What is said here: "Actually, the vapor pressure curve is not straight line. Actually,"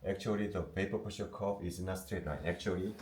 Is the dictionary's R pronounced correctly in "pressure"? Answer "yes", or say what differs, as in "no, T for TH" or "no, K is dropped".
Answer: no, R is dropped